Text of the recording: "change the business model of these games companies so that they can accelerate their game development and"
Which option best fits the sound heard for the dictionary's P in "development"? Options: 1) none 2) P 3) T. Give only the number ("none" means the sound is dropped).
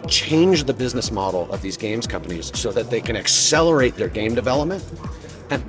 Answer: 2